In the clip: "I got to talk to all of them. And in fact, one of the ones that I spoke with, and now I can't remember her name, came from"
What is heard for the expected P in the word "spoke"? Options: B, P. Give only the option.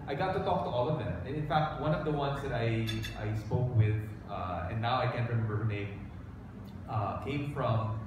P